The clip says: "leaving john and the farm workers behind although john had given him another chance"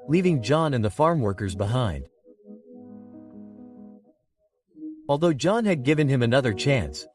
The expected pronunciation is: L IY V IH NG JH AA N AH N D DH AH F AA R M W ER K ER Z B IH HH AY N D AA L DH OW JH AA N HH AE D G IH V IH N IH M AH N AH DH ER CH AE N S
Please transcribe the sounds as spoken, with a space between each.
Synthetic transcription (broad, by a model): L IY V IH NG JH AA N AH N DH AH F AA R M W ER K ER Z B IH HH AY N D AA L DH OW JH AA N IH D G IH V IH N IH M AH N AH DH ER CH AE N S